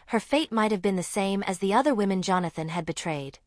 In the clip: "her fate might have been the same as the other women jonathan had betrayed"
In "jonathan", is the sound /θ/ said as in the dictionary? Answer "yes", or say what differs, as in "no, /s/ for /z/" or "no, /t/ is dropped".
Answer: yes